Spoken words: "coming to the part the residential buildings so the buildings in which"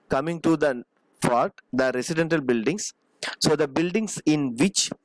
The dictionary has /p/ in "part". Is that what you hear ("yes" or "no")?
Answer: no